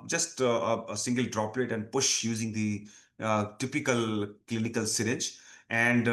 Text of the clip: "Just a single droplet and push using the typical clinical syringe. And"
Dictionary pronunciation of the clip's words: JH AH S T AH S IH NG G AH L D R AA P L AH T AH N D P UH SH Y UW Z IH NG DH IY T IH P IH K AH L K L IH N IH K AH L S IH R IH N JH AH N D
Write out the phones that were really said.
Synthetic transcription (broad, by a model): JH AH S T AH S IH NG G AH L D R AA P L AH T AH N D P UH SH Y UW Z IH NG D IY T IH P IH K AH L K L IH N IH K AH L S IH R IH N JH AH N D